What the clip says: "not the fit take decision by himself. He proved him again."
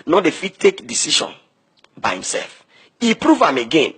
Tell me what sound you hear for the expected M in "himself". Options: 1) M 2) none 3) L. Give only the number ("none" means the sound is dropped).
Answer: 1